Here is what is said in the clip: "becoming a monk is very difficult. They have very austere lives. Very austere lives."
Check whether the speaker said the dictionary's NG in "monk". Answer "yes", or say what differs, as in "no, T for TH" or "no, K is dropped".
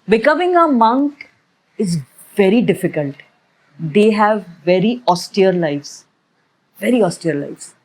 yes